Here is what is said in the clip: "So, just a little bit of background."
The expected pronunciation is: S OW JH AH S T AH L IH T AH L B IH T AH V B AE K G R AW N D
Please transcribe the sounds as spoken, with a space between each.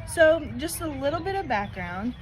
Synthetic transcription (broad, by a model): S OW JH AH S T AH L IH T L B IH T AH V B AE K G R AW N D